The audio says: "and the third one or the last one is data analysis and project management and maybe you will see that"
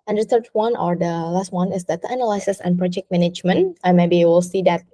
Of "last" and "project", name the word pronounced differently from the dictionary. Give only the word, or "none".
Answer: none